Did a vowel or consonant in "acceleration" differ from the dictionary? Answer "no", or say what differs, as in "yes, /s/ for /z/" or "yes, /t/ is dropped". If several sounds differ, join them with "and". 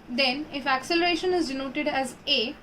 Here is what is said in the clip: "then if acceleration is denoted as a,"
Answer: no